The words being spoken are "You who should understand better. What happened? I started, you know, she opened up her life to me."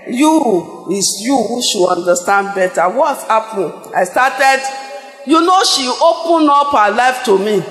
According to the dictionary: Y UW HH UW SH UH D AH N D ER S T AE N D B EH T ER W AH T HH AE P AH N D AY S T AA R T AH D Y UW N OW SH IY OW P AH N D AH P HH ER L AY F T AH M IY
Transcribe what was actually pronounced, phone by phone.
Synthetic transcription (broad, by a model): Y UW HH UW SH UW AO N D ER S T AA N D B EH T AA W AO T HH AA P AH N AY S T AA T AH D Y UW N OW SH IY OW P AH N AO P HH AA L AY F T AH M IY